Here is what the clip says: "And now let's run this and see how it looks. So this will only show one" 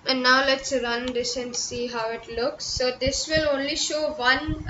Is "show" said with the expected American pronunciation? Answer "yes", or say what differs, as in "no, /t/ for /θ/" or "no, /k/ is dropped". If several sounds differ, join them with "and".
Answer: yes